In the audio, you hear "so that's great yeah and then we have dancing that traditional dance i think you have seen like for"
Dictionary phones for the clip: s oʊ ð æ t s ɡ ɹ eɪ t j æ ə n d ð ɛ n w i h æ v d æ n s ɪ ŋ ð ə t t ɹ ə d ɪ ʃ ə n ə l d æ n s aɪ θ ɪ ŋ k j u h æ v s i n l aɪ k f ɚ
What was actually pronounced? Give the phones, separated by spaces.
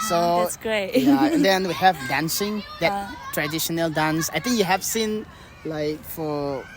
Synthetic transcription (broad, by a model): s oʊ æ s ɡ ɹ eɪ t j ə n d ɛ n w i h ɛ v d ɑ n s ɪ ŋ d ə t t ɹ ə d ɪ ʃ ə n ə l d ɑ n s aɪ t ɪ ŋ k j u h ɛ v s i n l aɪ k f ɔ